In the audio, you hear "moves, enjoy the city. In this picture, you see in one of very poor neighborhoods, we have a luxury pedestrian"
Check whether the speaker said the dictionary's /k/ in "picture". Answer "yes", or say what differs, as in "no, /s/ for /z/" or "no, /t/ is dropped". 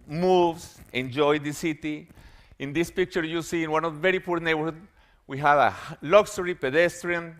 yes